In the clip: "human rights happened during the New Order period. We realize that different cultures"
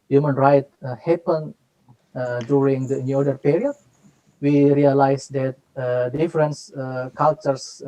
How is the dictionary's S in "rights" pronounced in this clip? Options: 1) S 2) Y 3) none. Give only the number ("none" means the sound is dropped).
3